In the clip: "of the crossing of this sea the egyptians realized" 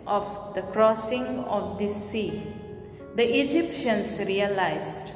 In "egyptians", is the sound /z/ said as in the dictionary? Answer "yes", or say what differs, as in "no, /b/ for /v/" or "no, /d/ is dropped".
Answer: no, /s/ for /z/